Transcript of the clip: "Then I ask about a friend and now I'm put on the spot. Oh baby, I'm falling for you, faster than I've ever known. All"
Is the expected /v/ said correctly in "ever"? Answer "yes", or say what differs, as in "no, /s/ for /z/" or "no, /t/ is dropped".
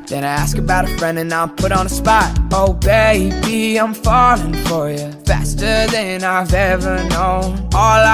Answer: yes